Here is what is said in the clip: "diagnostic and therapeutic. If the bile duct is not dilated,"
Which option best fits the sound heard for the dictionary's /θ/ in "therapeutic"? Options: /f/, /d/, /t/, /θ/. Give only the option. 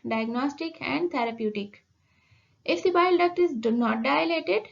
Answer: /t/